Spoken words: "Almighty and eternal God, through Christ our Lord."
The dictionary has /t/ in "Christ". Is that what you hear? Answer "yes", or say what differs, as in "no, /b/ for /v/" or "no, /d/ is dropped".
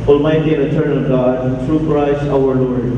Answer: no, /t/ is dropped